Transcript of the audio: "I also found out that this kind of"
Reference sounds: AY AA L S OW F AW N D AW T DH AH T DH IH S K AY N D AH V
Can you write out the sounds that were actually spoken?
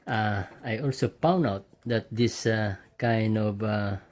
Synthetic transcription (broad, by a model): AY AA L S OW P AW N AW T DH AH T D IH S K AY N D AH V